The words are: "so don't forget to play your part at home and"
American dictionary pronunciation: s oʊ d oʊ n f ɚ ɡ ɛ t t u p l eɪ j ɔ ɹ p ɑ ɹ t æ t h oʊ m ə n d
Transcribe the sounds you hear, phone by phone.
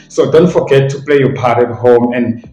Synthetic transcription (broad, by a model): s oʊ d oʊ n f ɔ ɡ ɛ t t u p l eɪ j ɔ p ɑ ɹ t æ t h oʊ m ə n